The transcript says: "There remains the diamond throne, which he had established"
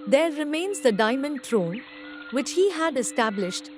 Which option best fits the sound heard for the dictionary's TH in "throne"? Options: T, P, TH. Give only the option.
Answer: T